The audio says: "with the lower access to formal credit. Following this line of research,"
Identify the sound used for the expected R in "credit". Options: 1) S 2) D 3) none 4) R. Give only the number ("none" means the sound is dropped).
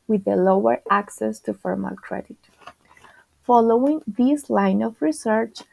4